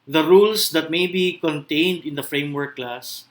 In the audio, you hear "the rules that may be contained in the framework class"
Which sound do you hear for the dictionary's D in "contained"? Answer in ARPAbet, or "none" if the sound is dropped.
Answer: D